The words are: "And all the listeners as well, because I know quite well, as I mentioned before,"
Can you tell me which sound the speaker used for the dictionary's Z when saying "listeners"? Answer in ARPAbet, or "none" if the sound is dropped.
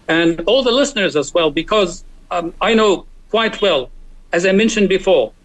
Z